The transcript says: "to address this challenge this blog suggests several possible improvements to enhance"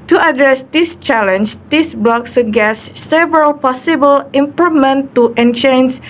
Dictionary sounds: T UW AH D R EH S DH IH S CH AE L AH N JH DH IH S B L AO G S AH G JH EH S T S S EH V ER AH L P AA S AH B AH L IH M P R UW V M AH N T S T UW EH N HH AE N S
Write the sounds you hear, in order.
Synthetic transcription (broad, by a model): T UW AH D R EH S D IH S CH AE L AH N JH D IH S B L AO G S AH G EH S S S EH V ER AH L P AA S AH B AH L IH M P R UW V M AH N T T UW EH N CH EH N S